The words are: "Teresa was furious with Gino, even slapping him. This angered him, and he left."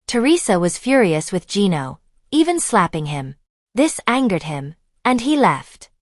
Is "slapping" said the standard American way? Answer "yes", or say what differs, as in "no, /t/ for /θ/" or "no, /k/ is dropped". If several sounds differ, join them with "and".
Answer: yes